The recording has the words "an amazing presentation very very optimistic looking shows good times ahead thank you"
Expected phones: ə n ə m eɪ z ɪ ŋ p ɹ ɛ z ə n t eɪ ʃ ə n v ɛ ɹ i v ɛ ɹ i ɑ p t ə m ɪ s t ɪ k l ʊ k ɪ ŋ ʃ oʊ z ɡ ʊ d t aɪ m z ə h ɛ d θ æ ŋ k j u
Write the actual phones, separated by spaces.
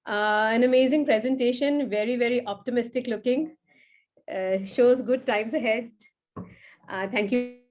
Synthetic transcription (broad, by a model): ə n ə m eɪ z ɪ ŋ p ɹ ɛ z ə n t eɪ ʃ ə n v ɛ ɹ i v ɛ ɹ i ɑ p t ə m ɪ s t ɪ k l ʊ k ɪ ŋ ʃ oʊ z ɡ ʊ d t aɪ m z ə h ɛ d t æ ŋ k j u